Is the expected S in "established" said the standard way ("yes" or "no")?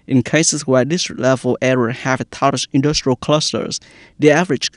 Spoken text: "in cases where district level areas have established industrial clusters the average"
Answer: no